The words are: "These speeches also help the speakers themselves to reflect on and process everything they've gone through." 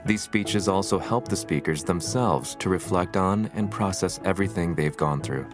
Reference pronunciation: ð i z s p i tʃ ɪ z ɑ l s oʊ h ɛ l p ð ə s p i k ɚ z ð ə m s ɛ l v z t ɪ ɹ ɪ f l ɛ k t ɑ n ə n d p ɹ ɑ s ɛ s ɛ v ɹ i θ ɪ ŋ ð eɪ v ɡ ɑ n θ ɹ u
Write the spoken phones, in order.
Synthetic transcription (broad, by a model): ð i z s p i tʃ ɪ z ɑ l s oʊ h ɛ l p ð ə s p i k ɚ z ð ə m s ɛ l v z t ɪ ɹ ɪ f l ɛ k t n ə n p ɹ ɑ s ɛ s ɛ v ɹ i θ ɪ ŋ ð eɪ v ɡ ɑ n θ ɹ u